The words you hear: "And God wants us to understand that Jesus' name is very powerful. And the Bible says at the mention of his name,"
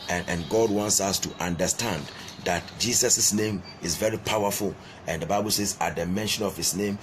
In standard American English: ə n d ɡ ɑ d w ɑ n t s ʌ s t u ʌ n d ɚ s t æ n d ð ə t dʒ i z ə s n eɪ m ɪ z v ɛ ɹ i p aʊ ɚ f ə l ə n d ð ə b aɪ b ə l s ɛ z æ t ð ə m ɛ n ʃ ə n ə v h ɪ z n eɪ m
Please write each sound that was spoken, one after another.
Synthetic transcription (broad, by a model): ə n ɡ ɑ d w ɑ n t s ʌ s t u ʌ n d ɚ s t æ n d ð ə t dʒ i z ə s n eɪ m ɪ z v ɛ ɹ i p aʊ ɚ f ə l ə n d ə b aɪ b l s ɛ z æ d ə m ɛ n ʃ ə n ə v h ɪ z n eɪ m